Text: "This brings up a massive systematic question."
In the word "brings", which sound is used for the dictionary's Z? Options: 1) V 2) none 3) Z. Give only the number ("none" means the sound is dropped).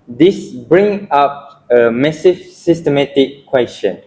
2